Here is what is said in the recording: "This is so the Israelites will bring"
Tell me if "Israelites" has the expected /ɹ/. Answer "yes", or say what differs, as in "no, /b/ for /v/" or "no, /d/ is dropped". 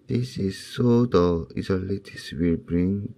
no, /ɹ/ is dropped